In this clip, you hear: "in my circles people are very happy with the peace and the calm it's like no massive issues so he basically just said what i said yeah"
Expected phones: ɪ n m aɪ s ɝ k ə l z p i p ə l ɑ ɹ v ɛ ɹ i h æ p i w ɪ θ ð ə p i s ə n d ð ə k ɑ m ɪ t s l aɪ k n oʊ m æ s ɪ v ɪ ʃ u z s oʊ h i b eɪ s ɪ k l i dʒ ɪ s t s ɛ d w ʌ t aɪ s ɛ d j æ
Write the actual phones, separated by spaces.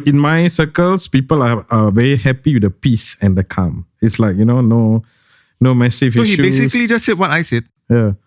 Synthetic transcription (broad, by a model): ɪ n m aɪ s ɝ k ə l s p i p ə l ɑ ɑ v ɛ ɹ i h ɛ p i w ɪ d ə p i s ə n d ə k ɑ m ɪ t s l aɪ k n oʊ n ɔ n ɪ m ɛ s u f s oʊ h i b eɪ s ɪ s l i dʒ ɪ s t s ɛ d w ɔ t aɪ s ɛ d j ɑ